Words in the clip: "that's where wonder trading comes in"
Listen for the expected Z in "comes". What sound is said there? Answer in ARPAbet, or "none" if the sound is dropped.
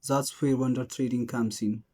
S